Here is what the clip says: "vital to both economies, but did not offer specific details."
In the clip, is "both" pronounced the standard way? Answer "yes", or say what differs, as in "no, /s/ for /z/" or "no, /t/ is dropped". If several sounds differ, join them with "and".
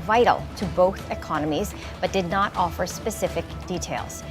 yes